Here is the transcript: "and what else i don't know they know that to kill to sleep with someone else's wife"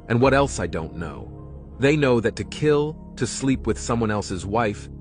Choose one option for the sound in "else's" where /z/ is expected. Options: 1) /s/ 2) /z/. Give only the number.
2